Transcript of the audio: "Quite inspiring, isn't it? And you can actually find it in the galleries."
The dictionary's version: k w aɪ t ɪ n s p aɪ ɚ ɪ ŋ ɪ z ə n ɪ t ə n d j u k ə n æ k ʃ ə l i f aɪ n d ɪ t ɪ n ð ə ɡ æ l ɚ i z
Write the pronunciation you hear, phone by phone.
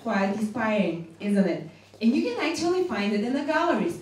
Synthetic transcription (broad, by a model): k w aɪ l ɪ s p aɪ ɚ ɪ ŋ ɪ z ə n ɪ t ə n j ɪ k ə n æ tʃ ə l i f aɪ n d ɪ t ɪ n ð ə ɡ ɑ l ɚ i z